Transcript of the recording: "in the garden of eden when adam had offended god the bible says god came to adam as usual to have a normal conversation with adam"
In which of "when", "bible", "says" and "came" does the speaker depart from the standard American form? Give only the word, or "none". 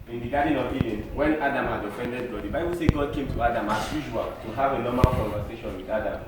says